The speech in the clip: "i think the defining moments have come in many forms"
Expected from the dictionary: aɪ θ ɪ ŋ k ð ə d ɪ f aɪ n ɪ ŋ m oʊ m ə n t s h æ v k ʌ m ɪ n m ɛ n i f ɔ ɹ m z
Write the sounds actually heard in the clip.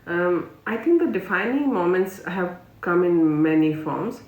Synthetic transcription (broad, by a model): aɪ t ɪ ŋ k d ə d ɪ f aɪ n ɪ ŋ m oʊ m ə n t s h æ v k ʌ m ɪ n m ɛ n i f ɔ ɹ m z